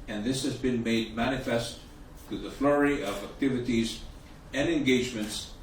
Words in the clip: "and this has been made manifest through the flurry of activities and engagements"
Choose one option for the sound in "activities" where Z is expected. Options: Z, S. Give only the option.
Z